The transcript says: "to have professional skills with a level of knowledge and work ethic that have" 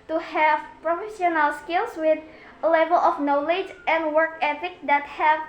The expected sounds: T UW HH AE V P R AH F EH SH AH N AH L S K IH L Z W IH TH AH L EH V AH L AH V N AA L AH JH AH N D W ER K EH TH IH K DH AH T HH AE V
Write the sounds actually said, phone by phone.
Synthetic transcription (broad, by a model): T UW HH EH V P R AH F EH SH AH N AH L S K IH L S W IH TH AH L EH V AH L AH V N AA L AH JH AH N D W ER K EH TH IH K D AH T HH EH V